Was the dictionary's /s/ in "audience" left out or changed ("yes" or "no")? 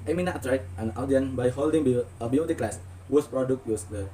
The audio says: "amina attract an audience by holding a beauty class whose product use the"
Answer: yes